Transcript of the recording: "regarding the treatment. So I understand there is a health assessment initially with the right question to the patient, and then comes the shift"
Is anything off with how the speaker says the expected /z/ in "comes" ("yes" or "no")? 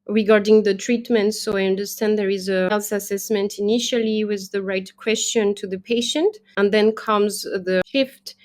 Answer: no